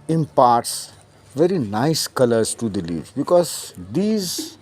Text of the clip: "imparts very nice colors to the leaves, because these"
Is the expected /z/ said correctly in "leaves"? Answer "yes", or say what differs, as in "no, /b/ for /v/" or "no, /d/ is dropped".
no, /z/ is dropped